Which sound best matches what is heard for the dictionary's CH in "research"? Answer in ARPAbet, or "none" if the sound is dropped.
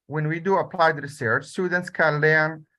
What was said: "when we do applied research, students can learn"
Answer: CH